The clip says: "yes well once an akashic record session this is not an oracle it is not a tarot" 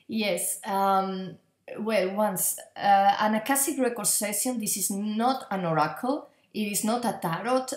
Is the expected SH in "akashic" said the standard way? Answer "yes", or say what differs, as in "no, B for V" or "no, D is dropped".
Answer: no, S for SH